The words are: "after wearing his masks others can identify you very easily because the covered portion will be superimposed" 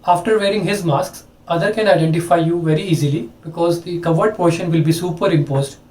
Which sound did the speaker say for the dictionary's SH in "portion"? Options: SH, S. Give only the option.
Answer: SH